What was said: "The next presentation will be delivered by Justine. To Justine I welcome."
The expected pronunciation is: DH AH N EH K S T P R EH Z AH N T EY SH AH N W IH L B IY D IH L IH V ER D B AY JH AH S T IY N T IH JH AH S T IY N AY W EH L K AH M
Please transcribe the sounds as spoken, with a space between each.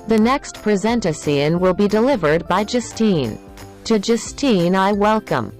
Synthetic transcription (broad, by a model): DH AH N EH K S T P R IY Z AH N T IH S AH N W IH L B IY D IH L IH V ER D B AY JH AH S T IY N T IH JH AH S T IY N AY W EH L K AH M